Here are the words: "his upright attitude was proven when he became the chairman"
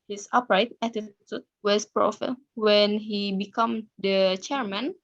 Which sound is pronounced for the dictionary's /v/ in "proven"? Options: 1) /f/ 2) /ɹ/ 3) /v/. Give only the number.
1